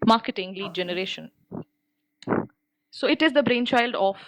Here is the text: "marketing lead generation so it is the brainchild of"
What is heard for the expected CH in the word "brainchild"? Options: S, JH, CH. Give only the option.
CH